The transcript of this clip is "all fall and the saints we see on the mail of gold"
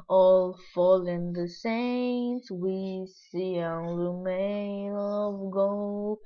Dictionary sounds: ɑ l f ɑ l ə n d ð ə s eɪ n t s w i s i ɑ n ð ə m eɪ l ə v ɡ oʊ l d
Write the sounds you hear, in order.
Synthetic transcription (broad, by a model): ɑ l f ɑ l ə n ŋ ð ə s eɪ n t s w i s i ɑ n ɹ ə m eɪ n ə v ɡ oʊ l